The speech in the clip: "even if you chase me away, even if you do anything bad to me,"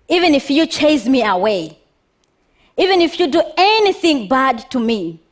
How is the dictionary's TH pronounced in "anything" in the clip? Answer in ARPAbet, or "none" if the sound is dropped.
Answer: TH